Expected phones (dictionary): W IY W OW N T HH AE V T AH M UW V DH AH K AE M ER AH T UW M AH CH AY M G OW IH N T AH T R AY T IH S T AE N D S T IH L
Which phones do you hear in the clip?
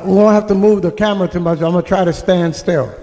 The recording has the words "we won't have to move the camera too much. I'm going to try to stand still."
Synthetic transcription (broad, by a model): W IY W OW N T HH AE F T AH M UW V DH AH K AE M ER AH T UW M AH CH AY M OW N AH T R AY T IH S T AE N D S T IH L